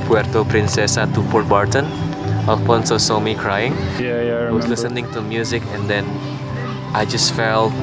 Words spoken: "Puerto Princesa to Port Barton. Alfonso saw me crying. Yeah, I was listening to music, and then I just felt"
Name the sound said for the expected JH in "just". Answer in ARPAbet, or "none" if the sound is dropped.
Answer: JH